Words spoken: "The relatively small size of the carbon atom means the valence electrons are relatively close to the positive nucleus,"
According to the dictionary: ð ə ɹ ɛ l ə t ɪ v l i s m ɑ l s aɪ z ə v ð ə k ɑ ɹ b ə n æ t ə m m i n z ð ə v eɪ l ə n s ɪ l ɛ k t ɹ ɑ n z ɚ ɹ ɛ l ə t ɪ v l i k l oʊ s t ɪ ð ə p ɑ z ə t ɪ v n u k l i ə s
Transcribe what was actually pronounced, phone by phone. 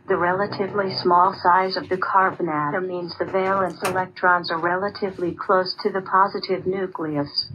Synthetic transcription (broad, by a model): ð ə ɹ ɛ l ə t ɪ v l i s m ɑ l s aɪ z ə v ð ə k ɑ ɹ b ə n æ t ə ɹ m i n z ð ə v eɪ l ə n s ɪ l ɛ k t ɹ ɑ n z ɚ ɹ ɛ l ə t ɪ v l i k l oʊ s t ɪ ð ə p ɑ z ə t ɪ v n u k l i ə s